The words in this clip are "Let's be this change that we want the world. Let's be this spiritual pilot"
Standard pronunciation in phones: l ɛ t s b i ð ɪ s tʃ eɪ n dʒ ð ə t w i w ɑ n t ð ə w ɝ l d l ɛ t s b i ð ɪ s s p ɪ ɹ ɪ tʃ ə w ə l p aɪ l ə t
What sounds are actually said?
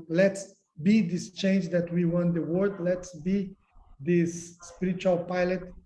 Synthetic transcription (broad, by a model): l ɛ t s b i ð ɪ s tʃ eɪ n dʒ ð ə t w i w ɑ n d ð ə w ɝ d l ɛ t s b i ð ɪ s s p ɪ ɹ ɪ tʃ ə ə l p aɪ l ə t